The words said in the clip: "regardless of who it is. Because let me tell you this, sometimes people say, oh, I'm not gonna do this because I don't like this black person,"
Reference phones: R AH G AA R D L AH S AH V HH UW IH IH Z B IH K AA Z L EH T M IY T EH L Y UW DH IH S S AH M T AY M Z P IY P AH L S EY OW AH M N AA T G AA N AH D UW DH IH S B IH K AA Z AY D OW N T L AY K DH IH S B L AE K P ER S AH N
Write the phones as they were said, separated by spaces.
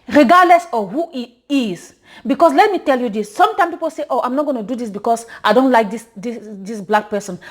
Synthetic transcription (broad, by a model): R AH G AA D L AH S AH HH UW IH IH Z B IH K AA S L EH T M IY T EH L Y UW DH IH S S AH M T AY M P IY P AH L S EY OW AH M N AA T G AA N AH D UW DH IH S B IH K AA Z AY D OW N T L AY K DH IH S B L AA K P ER S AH N